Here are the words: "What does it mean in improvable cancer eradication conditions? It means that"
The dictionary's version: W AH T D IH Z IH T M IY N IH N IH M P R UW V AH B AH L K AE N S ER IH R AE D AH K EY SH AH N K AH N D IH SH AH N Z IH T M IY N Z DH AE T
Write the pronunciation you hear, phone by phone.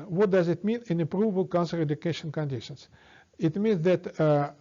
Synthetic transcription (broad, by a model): W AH T D IH Z IH T M IY N IH N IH P R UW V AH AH L K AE N S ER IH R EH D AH K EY SH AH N K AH N D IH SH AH N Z IH T M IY N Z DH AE T